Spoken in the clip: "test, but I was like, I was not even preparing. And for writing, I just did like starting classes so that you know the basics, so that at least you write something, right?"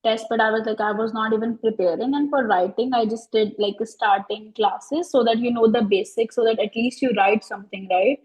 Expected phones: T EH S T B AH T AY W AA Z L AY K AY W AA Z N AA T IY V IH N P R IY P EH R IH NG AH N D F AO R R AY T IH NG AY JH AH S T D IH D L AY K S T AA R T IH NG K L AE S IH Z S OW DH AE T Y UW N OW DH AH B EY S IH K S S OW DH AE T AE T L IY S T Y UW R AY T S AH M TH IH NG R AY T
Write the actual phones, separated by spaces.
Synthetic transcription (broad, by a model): T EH S T B AH T AY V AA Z L AY K AY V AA Z N AA T IY V IH N P R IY P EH R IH NG AH N D F AO R R AY T IH NG AY JH AH S T D IH D L AY K S T AA R T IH NG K L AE S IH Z S OW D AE T Y UW N OW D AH B EY S IH K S S OW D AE T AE T L IY S T Y UW R AY T S AH M T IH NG R AY T